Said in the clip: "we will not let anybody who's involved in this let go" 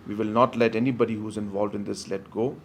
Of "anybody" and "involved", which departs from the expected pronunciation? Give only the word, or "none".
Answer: none